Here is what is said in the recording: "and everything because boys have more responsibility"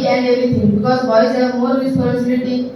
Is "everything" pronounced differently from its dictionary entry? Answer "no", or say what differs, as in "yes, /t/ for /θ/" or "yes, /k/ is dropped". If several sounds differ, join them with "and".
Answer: yes, /v/ is dropped and /t/ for /θ/